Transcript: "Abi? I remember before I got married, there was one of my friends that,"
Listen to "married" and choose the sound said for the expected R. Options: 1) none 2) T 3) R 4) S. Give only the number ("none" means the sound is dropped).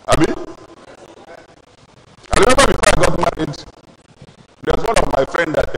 1